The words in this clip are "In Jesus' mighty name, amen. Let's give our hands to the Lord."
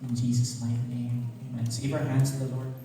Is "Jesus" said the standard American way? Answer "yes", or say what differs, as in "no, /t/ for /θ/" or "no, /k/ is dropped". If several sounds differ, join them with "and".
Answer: yes